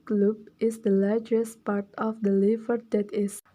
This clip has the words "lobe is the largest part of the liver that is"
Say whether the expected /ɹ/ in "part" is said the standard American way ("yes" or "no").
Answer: yes